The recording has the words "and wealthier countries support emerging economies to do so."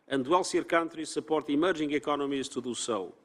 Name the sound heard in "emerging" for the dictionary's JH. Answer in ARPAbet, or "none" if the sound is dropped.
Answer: ZH